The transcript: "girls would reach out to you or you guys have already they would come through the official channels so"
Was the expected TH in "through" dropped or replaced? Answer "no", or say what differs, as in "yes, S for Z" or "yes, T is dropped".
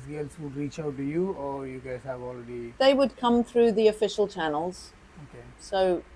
no